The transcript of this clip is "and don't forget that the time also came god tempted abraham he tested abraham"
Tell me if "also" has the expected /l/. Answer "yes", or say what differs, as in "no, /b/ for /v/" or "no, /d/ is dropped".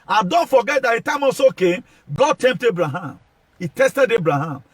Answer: no, /l/ is dropped